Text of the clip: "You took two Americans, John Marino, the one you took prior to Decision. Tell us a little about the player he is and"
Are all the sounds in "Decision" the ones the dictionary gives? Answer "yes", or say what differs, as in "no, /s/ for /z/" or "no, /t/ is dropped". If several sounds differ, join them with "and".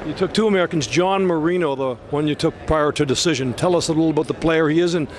yes